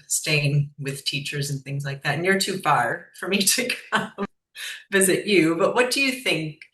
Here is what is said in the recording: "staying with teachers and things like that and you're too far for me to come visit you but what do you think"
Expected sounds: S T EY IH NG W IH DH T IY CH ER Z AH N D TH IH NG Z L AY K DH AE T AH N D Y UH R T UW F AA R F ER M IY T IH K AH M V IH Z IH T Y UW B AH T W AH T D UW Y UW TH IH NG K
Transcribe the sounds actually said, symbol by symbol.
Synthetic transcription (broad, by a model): S T EY IH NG W IH DH T IY CH ER Z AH N TH IH NG Z L AY K DH AE T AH N Y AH R T UW F AA R F ER M IY T IH K AH M V IH Z IH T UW B AH T W AH T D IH Y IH TH IH NG K